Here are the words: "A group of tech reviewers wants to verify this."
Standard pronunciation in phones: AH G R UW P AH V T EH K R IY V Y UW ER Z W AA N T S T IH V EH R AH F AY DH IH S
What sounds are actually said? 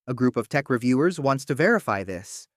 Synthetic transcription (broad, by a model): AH G R UW P AH V T EH K R IY V Y UW ER Z W AA N T S T IH V EH R AH F AY DH IH S